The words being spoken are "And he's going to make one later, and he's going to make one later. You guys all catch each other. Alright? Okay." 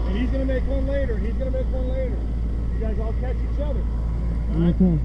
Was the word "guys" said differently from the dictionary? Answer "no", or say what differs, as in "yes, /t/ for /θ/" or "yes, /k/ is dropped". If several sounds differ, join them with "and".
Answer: no